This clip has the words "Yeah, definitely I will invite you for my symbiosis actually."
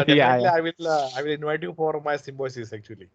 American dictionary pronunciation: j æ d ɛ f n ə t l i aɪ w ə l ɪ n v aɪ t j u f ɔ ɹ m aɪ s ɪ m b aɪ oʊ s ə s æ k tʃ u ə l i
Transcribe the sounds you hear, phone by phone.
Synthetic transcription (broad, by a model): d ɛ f l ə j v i aɪ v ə l ɪ n v aɪ t j u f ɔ ɹ m aɪ s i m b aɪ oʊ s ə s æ k tʃ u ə l i